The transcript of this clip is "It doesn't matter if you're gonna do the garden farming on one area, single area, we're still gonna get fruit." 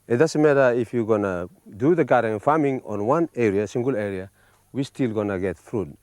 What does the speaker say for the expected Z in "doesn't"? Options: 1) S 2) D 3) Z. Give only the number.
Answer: 1